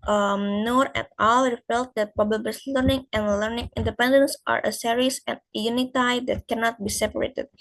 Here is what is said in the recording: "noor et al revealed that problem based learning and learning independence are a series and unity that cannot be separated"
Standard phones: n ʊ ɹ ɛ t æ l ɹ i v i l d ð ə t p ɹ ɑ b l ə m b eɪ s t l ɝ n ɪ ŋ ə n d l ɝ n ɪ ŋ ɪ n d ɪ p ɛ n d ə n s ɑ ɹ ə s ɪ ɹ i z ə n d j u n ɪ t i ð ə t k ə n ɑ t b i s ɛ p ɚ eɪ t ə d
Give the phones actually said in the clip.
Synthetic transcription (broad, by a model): n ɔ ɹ ɛ t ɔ l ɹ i f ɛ l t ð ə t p ɑ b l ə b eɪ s l ɝ n ɪ ŋ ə n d l ɝ n ɪ ŋ ɪ n d ɪ p ɛ n d ə n s ɑ ɹ ə s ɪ ɹ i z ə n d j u n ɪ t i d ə t k ə n ɑ t b i s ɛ p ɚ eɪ t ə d